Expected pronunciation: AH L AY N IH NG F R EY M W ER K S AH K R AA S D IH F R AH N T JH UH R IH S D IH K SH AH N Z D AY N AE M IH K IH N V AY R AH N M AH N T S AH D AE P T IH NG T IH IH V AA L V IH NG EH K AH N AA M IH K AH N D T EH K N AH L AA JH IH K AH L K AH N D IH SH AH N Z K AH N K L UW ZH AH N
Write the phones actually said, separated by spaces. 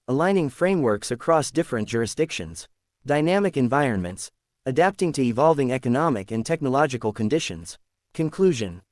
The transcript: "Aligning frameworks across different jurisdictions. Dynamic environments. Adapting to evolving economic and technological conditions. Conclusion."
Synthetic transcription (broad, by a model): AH L AY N IH NG F R EY M W ER K S AH K R AA S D IH F R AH N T JH UH R IH S D IH K SH AH N Z D AY N AE M IH K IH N V AY R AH N M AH N T S AH D AE P T IH NG T IH IH V AA L V IH NG EH K AH N AA M IH K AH N T EH K N AH L AA JH IH K AH L K AH N D IH SH AH N Z K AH N K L UW ZH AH N